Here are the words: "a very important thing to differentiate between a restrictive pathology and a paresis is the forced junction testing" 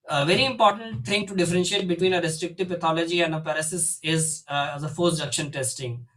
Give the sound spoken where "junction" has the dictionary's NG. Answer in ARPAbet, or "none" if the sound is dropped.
none